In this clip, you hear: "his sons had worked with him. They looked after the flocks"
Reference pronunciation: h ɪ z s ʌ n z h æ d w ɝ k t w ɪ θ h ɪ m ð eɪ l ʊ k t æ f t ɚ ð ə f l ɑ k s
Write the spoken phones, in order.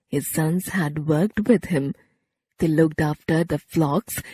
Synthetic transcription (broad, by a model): h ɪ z s ʌ n z h æ d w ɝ k t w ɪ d h ɪ m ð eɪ l ʊ k t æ f t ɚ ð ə f l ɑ k s